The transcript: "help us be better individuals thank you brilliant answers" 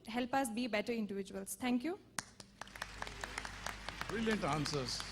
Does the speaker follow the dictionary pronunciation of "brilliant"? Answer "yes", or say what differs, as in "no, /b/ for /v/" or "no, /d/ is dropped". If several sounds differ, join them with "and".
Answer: yes